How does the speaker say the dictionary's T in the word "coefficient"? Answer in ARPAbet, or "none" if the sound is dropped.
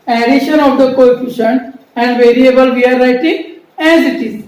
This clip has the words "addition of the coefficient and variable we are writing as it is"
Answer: none